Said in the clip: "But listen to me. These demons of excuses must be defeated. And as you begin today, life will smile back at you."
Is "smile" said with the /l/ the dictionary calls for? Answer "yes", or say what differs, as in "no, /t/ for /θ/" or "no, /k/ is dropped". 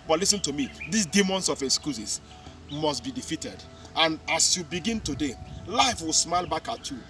yes